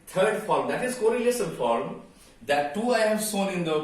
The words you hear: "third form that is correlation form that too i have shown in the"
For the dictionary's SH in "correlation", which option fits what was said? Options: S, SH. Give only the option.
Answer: S